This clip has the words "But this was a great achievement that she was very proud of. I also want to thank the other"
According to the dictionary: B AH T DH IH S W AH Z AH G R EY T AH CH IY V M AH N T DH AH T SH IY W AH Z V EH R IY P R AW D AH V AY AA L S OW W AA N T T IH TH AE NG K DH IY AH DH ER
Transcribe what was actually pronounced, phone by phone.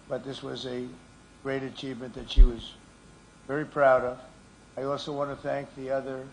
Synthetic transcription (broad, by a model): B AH T DH IH S W AH Z AH G R EY T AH CH IY V M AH N DH AH T SH IY W AH Z V EH R IY P R AW D AH V AY AA L S OW W AA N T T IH TH AE NG K DH IY AH DH ER